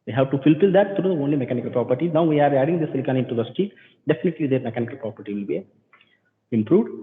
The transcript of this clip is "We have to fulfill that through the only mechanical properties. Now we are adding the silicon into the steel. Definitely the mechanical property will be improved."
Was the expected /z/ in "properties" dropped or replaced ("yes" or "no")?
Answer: yes